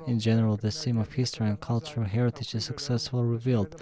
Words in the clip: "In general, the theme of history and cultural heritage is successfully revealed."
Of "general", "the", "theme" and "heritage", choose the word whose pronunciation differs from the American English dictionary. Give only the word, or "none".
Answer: theme